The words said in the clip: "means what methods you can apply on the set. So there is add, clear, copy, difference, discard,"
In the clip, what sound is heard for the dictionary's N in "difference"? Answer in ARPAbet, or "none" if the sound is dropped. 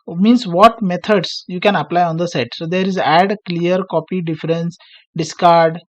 N